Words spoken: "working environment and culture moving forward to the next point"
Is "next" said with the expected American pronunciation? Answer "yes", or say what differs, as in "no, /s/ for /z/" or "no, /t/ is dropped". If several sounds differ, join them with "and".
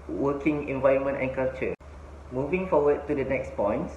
yes